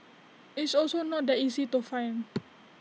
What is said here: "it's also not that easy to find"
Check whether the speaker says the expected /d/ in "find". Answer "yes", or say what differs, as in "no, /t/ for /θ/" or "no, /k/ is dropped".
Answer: no, /d/ is dropped